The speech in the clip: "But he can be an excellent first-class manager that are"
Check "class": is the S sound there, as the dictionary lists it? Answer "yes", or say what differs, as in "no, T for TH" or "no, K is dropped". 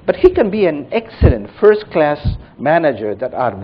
yes